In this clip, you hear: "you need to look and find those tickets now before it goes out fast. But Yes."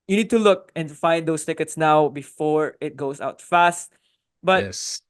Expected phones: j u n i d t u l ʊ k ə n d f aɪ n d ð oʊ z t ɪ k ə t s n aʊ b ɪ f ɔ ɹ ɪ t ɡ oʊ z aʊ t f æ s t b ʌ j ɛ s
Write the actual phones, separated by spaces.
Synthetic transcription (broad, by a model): j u n i d t u l ʊ k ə n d f aɪ n d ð oʊ s t ɪ k ə t s n aʊ b ɪ f ɔ ɹ ɪ t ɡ oʊ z aʊ t f æ s t b ʌ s